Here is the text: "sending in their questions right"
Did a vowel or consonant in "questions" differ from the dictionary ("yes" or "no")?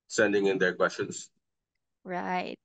yes